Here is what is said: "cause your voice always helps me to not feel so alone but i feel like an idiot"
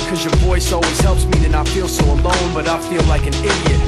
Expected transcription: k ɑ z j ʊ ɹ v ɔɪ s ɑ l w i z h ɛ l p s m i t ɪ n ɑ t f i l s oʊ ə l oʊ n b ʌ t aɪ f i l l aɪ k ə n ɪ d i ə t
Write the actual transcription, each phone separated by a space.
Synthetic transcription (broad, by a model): k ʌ z j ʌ ɹ v ɔɪ s ɑ l w i z h ɛ l p s m i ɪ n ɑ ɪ f i l s oʊ ə l oʊ n b ʌ t aɪ f i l l aɪ k ə n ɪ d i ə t